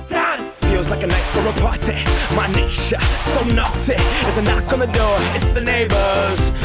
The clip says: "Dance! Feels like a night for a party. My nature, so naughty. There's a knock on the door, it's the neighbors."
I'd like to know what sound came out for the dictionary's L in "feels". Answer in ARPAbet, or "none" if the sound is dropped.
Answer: W